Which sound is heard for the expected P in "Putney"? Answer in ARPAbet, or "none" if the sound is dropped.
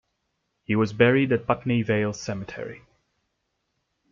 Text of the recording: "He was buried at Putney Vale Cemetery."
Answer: B